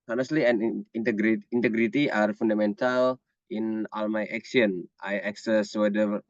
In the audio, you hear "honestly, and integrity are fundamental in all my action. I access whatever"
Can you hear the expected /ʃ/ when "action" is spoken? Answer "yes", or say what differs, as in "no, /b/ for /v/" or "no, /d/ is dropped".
no, /s/ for /ʃ/